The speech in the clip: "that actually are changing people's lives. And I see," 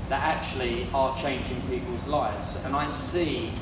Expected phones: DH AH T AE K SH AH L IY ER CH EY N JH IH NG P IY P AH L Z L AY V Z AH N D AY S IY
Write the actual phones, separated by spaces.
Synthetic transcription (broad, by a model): DH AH T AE K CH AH L IY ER CH EY N JH IH NG P IY P AH L Z L AY V Z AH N AY S IY